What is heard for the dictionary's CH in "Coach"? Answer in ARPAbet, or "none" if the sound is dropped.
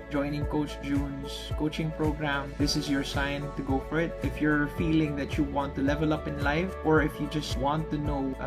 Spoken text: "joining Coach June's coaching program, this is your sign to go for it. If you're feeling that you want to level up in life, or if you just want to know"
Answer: CH